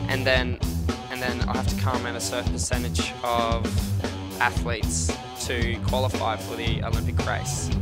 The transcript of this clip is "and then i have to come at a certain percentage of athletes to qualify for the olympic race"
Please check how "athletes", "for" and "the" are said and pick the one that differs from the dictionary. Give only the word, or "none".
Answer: none